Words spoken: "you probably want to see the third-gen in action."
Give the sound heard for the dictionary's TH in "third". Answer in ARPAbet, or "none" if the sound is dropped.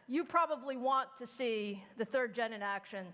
TH